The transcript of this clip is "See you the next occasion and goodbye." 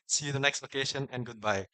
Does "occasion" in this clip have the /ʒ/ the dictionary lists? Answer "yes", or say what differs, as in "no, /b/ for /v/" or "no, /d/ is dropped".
no, /ʃ/ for /ʒ/